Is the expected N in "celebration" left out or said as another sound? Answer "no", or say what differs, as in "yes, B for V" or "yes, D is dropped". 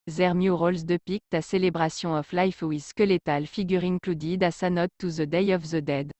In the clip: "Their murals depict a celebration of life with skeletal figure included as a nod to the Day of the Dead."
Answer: yes, N is dropped